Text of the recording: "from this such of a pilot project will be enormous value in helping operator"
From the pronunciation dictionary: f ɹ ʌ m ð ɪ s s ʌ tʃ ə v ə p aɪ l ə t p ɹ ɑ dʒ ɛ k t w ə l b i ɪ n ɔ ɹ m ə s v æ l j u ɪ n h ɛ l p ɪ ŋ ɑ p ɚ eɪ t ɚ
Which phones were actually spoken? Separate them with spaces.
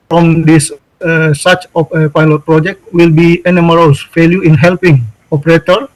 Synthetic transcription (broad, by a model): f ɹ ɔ m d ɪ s s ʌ s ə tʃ ə p aɪ l ə t p ɹ ɑ dʒ ɛ k t w ə l b i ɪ n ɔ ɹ ə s f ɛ l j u ɪ n h ɛ l p ɪ ŋ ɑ p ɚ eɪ t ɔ